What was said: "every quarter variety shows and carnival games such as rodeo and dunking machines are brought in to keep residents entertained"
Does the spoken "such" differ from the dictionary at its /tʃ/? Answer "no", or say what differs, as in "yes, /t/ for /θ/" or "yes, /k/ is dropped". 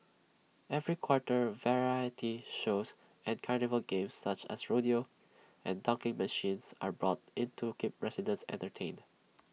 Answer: no